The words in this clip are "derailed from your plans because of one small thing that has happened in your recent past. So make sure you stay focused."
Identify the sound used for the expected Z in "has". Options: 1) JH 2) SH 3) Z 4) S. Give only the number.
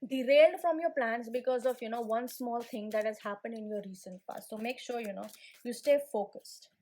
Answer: 3